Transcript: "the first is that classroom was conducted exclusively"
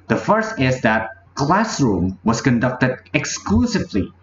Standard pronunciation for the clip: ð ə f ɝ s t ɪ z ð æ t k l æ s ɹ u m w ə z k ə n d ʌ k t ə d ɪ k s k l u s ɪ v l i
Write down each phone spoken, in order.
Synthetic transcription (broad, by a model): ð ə f ɝ s t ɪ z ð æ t k l æ s ɹ u m w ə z k ə n d ʌ k t ə d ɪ k s k l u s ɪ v l i